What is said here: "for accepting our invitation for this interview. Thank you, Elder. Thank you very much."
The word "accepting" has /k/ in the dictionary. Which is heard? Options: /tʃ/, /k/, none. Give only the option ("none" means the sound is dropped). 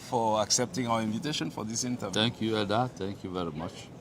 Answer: /k/